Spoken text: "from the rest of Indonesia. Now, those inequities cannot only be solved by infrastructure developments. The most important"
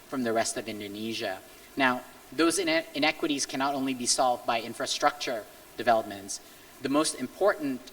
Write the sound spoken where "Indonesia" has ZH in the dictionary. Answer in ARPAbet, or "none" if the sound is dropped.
ZH